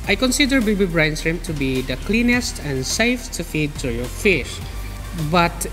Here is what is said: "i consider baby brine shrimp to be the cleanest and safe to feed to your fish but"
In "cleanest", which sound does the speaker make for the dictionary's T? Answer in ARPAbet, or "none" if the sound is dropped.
T